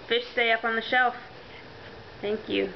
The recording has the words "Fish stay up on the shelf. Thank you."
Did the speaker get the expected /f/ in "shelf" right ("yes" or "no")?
yes